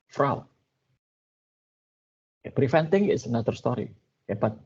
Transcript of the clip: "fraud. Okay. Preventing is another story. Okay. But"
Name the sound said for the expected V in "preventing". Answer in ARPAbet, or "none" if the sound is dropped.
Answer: F